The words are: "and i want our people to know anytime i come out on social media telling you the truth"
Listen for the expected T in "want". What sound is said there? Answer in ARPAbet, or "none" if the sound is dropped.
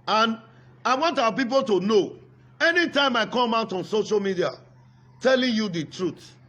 T